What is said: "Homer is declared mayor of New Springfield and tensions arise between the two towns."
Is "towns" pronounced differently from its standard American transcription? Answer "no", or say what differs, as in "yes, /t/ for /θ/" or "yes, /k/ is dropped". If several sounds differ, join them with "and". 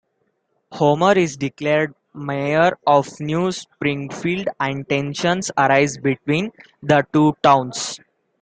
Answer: yes, /s/ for /z/